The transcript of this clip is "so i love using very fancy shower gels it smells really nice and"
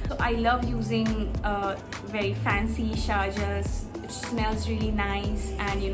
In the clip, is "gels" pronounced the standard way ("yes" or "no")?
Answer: no